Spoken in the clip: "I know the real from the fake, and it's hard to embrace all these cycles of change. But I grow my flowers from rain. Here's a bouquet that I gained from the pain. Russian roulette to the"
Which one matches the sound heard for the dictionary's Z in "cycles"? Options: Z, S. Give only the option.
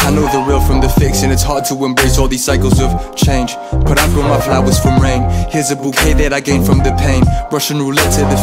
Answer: Z